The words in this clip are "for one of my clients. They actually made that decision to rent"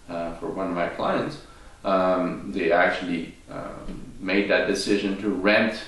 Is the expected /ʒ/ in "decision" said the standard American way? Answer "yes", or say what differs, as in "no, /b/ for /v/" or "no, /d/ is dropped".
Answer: yes